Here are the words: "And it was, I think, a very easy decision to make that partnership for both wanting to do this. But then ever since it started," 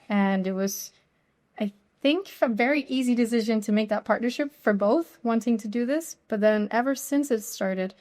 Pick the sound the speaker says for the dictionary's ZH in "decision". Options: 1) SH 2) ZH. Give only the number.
2